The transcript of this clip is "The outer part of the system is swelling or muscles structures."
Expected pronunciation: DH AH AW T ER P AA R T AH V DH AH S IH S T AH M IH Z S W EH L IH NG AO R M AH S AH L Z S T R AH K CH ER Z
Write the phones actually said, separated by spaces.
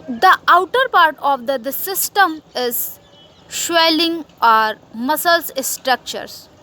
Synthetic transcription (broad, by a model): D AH AW T ER P AA R T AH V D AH S IH S T AH M IH Z SH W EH L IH NG AO R M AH S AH L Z S T R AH K CH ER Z